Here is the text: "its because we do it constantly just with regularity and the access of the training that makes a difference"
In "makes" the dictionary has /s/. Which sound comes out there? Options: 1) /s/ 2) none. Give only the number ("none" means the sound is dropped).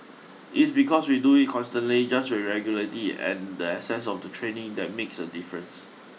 1